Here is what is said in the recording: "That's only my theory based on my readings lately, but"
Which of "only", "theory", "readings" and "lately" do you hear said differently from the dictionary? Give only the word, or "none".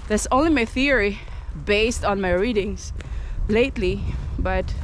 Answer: readings